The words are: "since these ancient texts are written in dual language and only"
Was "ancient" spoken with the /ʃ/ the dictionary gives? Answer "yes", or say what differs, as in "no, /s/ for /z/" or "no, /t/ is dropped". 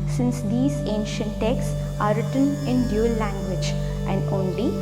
yes